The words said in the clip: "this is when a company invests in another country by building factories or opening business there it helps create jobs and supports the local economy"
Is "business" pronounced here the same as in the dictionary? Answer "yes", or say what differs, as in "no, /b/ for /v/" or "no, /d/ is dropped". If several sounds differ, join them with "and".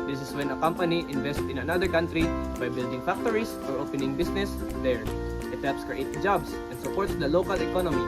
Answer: no, /s/ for /z/